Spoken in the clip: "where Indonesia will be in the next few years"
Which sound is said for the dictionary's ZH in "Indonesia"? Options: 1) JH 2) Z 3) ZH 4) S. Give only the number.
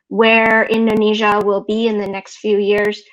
3